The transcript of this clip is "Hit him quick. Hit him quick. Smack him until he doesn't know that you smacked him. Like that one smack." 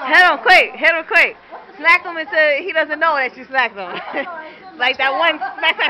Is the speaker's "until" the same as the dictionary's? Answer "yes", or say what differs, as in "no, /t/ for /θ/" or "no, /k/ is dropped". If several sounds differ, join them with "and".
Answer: no, /s/ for /t/